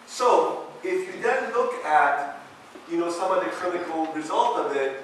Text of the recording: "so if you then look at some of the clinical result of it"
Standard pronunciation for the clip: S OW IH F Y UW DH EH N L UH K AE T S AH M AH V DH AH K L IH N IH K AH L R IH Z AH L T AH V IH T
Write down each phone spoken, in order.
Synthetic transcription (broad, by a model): S OW IH F Y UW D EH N L UH K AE T S AH M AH DH AH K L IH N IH K L R IH Z AH L T AH V IH T